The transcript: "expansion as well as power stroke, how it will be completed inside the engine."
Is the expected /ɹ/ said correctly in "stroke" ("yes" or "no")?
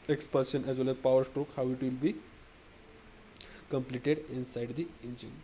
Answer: yes